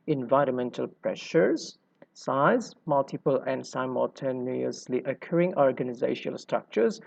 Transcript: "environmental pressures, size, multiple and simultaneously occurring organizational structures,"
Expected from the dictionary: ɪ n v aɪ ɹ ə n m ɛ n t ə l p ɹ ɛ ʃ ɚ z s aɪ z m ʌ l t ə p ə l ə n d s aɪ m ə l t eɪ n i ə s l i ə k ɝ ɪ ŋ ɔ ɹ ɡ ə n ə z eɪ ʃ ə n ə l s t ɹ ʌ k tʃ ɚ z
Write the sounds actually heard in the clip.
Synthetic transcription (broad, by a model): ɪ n v aɪ ɹ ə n m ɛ n t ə l p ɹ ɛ ʃ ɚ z s aɪ z m ʌ l t ə p ə l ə n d s aɪ m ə l t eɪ n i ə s l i ə k ɝ ɪ ŋ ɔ ɹ ɡ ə n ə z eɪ ə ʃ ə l s t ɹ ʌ k tʃ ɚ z